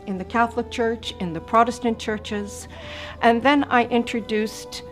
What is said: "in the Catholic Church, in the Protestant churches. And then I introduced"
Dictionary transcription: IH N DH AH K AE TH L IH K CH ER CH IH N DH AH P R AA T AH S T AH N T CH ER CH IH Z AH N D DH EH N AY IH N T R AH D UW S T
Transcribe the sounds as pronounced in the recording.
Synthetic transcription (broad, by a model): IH N DH AH K AE TH L IH K CH ER CH IH N DH AH P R AA T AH S T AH N CH ER CH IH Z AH N DH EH N AY IH N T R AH D UW S T